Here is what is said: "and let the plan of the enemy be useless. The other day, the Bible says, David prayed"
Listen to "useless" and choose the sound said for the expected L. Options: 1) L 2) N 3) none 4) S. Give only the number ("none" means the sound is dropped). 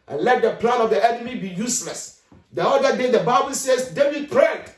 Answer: 1